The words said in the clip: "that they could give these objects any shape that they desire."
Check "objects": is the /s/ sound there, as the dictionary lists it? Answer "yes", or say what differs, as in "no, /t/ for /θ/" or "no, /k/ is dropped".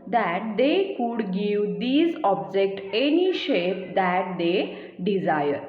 no, /s/ is dropped